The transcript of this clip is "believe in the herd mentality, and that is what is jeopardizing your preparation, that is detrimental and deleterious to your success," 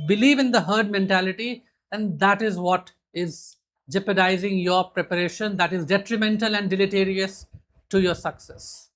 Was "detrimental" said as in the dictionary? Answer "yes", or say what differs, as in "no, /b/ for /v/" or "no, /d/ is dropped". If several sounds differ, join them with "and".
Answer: yes